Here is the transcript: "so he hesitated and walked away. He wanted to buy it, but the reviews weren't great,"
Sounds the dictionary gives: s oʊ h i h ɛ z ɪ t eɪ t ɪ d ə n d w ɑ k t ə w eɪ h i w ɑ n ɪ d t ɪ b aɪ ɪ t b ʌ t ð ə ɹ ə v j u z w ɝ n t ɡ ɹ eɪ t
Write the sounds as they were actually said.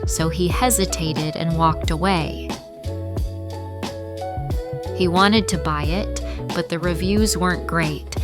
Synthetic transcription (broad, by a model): s oʊ i h ɛ z ɪ t eɪ t ɪ d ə n w ɑ k t ə w eɪ h i w ɑ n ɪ d t ɪ b aɪ ɪ t b ʌ t ð ə ɹ ə v j u z w ɝ n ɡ ɹ eɪ t